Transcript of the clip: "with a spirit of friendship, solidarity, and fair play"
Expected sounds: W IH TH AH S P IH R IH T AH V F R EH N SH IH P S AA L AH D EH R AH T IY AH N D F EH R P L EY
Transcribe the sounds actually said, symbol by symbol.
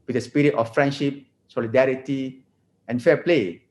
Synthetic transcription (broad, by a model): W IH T AH S P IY R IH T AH F R EH N SH IH P S AA L AH D EH R AH T IY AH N F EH P L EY